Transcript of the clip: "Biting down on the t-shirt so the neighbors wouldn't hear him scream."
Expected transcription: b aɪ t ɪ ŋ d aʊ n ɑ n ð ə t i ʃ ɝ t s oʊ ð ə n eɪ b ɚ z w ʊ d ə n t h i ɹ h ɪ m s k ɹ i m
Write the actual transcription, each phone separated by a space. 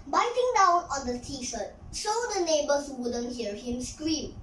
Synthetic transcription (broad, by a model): b aɪ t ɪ ŋ d aʊ n ɑ n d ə t i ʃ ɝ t ʃ oʊ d ə n eɪ b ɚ s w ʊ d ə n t h i ɹ h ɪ m s k ɹ i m